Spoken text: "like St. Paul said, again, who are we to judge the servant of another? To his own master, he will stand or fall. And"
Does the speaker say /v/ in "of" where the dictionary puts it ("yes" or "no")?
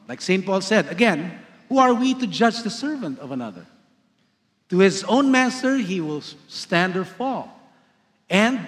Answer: yes